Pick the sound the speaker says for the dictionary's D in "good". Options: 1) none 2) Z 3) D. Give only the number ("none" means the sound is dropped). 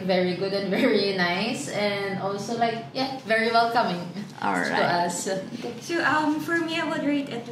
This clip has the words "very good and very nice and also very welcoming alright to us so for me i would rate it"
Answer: 3